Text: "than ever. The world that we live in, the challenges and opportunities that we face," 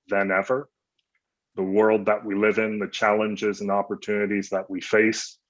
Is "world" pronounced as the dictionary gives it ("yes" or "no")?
yes